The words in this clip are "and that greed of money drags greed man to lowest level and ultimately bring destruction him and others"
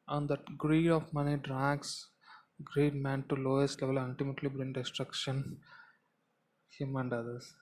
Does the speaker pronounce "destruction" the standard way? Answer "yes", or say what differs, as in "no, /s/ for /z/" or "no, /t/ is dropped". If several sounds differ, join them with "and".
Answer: yes